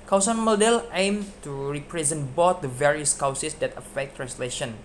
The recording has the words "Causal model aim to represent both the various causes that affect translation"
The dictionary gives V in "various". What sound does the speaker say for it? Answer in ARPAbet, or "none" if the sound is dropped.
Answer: V